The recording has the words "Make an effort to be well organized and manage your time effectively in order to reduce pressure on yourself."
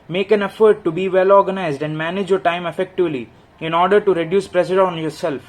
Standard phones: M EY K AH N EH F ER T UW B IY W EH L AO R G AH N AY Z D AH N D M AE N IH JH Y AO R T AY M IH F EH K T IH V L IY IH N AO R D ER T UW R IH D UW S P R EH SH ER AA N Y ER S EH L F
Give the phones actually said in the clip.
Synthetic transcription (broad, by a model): M EY K AH N EH F ER T UW B IY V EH L AO R G AH N AY Z D AH N D M AE N IH JH Y AO R T AY M IH F EH K T IH V L IY IH N AO R D ER T UW R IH D UW S P R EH S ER AA N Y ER S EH L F